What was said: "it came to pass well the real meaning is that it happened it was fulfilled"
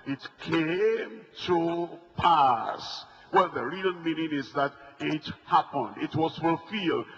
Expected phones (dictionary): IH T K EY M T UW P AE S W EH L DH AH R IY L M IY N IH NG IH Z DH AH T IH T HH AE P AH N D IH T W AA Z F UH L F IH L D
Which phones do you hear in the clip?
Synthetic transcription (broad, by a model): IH T K EY M T UW P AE S W EH L DH AH R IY N M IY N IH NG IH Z DH AH T IH T HH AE P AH N D IH T W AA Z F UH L F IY L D